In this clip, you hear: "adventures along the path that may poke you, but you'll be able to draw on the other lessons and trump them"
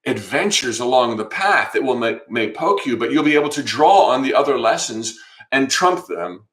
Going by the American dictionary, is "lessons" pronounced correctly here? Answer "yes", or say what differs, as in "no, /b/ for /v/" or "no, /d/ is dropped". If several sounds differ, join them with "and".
yes